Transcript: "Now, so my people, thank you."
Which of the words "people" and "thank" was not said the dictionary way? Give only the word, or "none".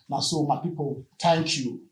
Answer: thank